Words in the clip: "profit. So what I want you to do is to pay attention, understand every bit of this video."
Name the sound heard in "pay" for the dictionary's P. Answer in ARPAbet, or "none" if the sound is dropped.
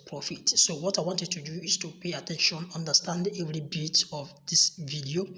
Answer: P